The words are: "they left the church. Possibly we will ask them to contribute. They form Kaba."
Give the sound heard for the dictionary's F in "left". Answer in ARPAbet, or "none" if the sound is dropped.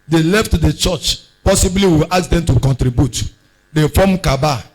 F